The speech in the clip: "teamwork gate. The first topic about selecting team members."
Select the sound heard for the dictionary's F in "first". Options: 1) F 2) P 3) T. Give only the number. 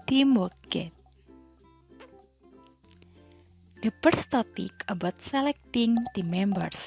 2